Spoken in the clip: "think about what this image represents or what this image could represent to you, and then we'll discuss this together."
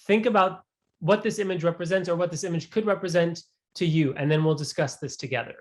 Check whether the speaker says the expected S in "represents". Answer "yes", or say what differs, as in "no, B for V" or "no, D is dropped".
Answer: yes